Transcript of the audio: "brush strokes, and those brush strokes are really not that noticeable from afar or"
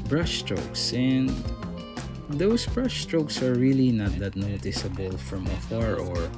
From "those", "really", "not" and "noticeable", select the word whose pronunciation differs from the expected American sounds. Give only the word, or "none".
those